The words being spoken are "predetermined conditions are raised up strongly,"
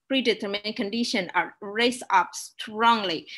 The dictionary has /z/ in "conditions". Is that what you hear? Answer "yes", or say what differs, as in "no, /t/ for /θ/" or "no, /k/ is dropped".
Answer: no, /z/ is dropped